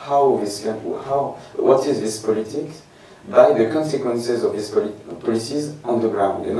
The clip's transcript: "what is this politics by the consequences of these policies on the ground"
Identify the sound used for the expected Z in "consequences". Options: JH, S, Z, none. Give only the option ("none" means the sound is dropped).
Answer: Z